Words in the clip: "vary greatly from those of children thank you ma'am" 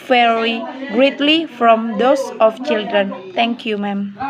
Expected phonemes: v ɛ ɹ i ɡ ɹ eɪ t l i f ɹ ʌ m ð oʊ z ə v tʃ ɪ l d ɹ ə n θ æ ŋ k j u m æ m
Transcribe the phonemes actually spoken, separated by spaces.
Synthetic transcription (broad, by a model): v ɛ ɹ i ɡ ɹ eɪ t l i f ɹ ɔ m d oʊ s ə f tʃ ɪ l d ɹ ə n t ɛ ŋ k j u m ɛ m